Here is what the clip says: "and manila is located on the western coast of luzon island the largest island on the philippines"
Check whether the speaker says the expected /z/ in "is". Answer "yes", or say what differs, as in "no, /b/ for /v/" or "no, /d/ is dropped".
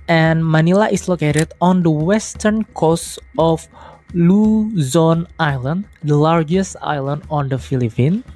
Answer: no, /s/ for /z/